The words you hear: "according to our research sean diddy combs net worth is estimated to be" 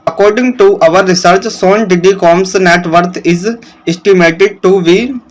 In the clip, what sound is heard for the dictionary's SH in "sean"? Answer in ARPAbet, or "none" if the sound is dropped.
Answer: S